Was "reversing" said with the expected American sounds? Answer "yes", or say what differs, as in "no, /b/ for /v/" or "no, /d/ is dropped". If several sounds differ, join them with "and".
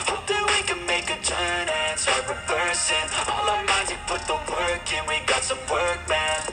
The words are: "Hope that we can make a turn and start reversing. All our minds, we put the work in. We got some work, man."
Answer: no, /p/ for /v/